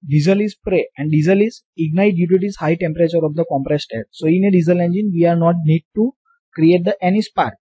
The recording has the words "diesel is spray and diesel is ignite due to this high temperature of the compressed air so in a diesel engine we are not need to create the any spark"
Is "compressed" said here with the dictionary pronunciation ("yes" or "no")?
yes